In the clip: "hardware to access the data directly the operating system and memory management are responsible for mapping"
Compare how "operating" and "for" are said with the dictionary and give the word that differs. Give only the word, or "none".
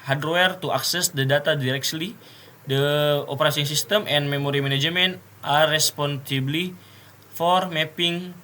operating